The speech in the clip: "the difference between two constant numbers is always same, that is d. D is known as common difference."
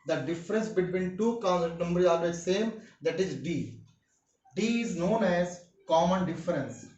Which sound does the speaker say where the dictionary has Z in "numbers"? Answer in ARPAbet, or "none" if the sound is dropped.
none